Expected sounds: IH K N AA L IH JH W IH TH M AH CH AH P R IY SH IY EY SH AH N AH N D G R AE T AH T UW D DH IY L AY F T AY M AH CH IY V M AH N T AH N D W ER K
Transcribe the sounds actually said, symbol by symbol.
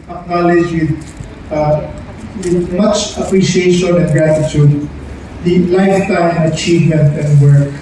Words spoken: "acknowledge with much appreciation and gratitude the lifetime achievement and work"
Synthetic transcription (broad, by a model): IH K N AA L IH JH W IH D M AH CH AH P R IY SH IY EY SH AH N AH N G R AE T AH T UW D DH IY L AY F T AY M AH CH IY V M AH N T AH N D W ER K